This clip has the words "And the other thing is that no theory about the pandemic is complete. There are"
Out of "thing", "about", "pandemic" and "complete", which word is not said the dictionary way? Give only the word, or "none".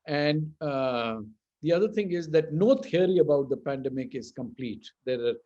thing